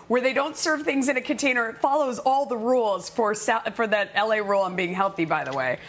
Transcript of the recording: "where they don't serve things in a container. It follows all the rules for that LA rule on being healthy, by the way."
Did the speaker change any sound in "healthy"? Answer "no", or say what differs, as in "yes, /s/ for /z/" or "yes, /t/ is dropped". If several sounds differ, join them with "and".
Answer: no